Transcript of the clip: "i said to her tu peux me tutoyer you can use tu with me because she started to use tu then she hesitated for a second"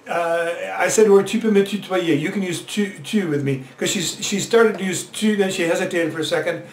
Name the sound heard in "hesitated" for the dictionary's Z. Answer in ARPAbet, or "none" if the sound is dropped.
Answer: Z